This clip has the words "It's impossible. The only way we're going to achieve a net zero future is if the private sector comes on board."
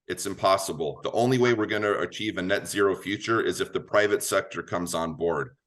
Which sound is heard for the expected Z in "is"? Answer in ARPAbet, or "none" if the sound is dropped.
Z